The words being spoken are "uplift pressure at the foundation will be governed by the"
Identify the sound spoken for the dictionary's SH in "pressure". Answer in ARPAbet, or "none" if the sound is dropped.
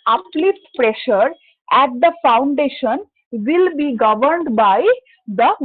SH